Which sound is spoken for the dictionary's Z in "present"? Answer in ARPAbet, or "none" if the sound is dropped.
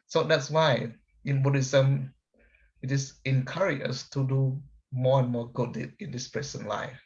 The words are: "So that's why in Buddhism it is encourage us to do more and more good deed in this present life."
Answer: S